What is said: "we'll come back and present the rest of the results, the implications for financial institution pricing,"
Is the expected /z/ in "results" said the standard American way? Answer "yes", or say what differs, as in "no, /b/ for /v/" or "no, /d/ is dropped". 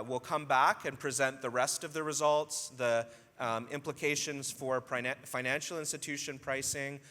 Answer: yes